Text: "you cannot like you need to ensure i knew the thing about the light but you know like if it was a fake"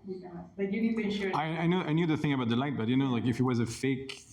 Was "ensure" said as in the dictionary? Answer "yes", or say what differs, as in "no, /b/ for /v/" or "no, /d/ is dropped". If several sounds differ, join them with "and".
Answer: no, /ʃ/ is dropped